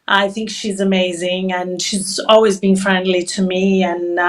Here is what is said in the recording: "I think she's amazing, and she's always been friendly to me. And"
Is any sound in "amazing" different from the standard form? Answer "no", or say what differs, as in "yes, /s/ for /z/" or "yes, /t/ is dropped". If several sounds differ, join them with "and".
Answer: no